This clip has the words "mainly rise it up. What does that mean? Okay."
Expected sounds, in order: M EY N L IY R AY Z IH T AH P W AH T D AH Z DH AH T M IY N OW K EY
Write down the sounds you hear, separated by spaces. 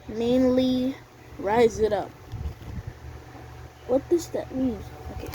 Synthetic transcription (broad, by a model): M EY N L IY R AY Z IH T AH P W AH T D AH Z DH AH T M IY N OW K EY